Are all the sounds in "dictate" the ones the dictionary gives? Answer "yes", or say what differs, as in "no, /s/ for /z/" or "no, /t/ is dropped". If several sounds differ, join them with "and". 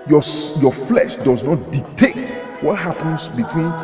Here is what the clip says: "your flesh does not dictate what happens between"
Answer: no, /k/ is dropped